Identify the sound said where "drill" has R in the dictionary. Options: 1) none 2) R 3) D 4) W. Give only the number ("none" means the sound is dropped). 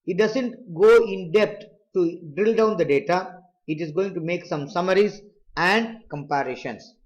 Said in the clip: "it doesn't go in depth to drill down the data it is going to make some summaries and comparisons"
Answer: 2